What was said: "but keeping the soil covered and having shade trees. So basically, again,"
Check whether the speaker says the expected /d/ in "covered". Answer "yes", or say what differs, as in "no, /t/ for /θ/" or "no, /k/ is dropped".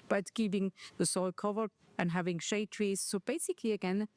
no, /d/ is dropped